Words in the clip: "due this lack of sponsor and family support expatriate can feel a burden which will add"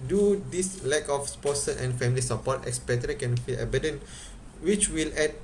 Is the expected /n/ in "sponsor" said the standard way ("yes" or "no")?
no